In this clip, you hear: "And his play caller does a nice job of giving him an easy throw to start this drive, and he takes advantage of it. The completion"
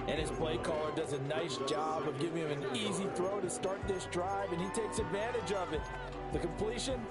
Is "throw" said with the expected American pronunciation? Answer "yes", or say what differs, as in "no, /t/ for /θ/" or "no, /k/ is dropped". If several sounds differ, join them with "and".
yes